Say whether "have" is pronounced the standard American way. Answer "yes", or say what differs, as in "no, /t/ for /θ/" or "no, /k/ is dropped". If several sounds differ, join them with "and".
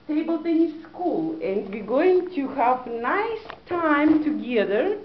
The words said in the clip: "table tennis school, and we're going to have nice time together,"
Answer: yes